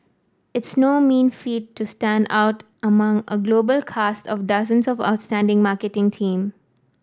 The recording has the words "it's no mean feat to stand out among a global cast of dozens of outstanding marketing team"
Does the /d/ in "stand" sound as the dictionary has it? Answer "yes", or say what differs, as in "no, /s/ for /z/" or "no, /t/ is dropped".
yes